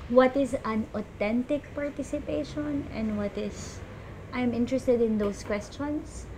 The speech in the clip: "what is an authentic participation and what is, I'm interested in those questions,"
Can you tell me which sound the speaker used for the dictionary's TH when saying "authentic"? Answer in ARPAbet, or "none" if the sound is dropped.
T